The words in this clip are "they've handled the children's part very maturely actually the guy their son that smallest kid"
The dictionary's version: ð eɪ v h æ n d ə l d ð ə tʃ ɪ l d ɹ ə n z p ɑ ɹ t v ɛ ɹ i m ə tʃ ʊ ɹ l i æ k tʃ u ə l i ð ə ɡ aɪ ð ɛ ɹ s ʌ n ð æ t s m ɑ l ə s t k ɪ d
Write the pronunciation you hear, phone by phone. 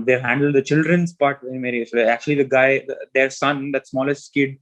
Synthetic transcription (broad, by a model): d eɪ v h æ n d ə l d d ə tʃ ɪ l d ɹ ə n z p ɑ ɹ t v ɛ i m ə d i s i æ k tʃ u ə l i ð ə ɡ aɪ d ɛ ɹ s ʌ n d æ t s m ɑ l ə s t k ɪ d